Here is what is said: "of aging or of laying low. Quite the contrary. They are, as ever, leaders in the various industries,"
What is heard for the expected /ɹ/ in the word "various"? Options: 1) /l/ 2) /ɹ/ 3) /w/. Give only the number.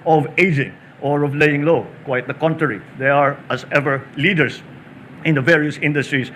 2